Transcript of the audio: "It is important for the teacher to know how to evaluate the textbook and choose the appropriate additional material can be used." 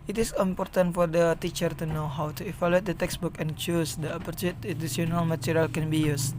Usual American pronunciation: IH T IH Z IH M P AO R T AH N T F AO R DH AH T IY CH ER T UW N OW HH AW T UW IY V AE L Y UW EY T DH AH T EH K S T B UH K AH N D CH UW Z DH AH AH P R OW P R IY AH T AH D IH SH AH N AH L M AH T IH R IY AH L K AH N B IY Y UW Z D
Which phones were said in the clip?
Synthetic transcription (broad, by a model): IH T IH S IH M P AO R T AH N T F AO R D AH T IY CH ER T UW N OW HH AW T UW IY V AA L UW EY T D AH T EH K S B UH K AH N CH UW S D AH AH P OW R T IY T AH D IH S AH N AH L M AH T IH R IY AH L K AH N B IY Y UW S